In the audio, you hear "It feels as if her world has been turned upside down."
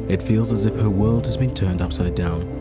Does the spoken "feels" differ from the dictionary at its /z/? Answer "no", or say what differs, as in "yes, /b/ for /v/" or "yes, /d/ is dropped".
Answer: no